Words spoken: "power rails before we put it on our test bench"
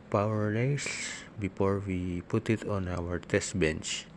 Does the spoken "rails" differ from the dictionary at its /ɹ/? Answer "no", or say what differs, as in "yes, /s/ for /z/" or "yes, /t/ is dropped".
yes, /l/ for /ɹ/